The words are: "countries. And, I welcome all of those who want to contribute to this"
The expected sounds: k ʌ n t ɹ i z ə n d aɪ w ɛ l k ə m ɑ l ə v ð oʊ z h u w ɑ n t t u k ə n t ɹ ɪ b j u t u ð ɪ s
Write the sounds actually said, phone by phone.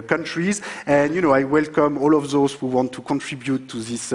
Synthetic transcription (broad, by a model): k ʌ n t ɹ i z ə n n aɪ w ɛ l k ə m ɑ l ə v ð oʊ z h u w ɑ n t t u k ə n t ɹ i b j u t u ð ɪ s